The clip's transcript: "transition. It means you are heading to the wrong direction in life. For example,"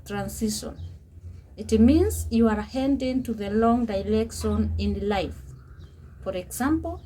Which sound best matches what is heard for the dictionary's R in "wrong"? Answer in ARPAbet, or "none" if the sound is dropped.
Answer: L